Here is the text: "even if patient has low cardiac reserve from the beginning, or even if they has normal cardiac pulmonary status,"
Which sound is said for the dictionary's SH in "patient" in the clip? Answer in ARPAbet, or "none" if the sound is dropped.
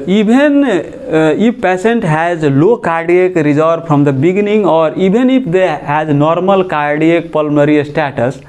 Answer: S